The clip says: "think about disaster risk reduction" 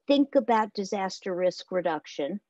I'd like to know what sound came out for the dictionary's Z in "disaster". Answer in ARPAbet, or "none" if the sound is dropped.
Z